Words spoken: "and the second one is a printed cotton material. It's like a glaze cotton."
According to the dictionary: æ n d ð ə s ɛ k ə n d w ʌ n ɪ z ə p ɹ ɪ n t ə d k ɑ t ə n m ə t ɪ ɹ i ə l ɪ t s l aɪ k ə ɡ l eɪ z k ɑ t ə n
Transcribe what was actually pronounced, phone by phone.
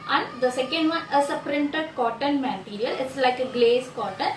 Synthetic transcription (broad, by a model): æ n d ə s ɛ k ə n d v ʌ n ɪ s ə p ɹ ɪ n t ə d k ɑ t ə n m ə t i ɹ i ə l ɪ t s l aɪ k ə ɡ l eɪ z k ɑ t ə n